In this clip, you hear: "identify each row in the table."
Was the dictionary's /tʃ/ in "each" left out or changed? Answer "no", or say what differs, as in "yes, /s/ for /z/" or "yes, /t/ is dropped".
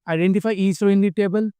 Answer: yes, /s/ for /tʃ/